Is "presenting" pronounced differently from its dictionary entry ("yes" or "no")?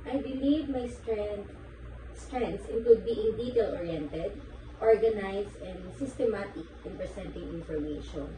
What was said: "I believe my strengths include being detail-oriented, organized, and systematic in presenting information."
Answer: yes